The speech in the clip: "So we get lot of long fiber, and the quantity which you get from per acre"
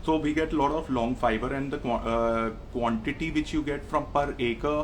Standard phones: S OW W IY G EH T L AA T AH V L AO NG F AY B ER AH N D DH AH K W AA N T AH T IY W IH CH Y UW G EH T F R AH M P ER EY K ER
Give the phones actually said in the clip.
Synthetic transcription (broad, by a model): S OW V IY G EH T L AA T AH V L AO NG F AY B ER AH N D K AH K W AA N T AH T IY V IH CH Y UW G EH T F R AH M P ER EY K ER